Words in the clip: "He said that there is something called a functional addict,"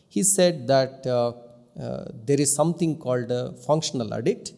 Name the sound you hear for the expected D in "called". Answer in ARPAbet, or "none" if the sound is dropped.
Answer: D